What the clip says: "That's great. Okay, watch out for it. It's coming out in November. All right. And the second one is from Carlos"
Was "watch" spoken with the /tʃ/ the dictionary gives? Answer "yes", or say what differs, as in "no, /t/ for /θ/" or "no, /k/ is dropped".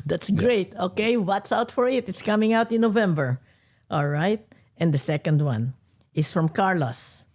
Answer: no, /s/ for /tʃ/